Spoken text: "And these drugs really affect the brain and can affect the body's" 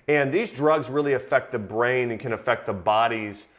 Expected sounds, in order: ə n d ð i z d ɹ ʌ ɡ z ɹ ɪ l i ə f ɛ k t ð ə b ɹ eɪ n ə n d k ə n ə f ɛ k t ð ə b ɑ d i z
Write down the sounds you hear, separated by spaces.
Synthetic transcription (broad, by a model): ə n ð i z d ɹ ʌ ɡ z ɹ ɪ l i ə f ɛ k t ð ə b ɹ eɪ n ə n k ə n ə f ɛ k t ð ə b ɑ d i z